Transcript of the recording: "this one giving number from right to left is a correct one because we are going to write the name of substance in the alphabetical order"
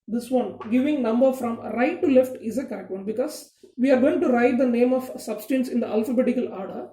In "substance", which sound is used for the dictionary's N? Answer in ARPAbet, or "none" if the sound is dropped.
N